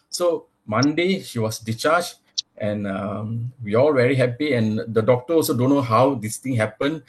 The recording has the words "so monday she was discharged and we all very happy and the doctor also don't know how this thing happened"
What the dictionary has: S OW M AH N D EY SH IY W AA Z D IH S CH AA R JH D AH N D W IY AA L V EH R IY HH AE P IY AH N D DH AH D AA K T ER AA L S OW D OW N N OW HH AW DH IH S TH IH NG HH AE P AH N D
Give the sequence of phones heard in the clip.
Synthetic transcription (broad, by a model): S OW M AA N D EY SH IY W AA S D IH CH AA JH AH N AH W IY AA L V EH R IY HH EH P IY AH N D AH D AA K T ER AA L S OW D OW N N OW HH AW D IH S T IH NG HH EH P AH N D